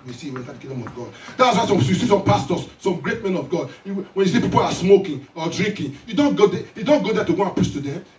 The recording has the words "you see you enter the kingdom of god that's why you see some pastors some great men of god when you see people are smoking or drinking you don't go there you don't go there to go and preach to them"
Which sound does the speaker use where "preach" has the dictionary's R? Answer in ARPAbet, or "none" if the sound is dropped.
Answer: none